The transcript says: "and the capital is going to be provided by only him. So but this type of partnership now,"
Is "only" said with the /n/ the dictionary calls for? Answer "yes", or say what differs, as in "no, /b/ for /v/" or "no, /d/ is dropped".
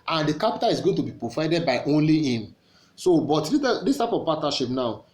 yes